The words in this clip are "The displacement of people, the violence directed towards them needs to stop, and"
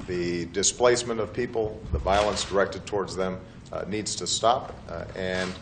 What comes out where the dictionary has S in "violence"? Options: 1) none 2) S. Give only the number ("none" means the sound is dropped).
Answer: 2